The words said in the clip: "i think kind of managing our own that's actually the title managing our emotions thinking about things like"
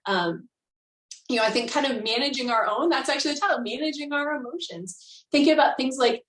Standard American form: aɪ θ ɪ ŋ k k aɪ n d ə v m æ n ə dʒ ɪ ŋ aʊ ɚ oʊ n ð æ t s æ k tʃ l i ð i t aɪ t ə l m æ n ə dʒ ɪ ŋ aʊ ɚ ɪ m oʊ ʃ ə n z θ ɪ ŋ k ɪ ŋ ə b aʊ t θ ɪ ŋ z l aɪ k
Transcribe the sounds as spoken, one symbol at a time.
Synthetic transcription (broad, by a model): aɪ θ ɪ ŋ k k aɪ n d ə v m æ n ə dʒ ɪ ŋ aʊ ɚ oʊ n ð æ t s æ k tʃ i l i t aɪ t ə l m æ n ə dʒ ɪ ŋ aʊ ɚ ɪ m oʊ ʃ ə n z θ ɪ ŋ k ɪ ŋ ə b aʊ t θ ɪ ŋ z l aɪ k